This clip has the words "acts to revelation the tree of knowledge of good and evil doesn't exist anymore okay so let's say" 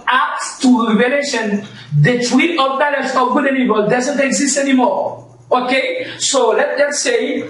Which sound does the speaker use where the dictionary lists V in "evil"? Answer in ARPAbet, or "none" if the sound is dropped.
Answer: B